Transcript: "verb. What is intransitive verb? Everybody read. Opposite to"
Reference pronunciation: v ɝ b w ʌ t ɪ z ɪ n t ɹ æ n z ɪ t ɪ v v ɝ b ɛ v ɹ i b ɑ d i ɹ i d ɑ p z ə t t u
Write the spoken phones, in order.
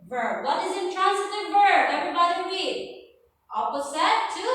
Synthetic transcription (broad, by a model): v ɝ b w ʌ t ɪ z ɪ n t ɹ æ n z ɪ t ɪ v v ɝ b ɛ v ɹ i b ɑ d i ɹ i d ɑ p s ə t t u